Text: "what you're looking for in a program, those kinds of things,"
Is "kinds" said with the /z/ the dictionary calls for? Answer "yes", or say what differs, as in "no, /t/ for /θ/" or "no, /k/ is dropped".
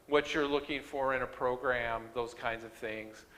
yes